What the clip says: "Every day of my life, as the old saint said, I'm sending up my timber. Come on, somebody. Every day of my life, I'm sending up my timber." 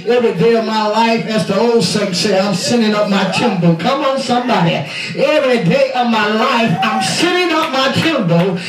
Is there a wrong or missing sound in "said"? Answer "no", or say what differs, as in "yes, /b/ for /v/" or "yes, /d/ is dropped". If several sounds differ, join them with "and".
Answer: yes, /d/ is dropped